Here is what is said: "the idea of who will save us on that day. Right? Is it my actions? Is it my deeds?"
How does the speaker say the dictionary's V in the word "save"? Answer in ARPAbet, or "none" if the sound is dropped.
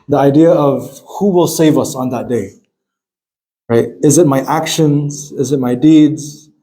V